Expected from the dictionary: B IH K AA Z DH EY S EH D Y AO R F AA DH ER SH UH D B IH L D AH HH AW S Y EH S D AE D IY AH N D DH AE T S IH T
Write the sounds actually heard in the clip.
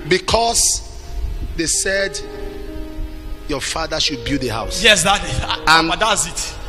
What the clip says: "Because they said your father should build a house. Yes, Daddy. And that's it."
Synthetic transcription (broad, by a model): B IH K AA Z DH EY S EH D Y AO F AA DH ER SH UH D B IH D AH HH AW S Y EH S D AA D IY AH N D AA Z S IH T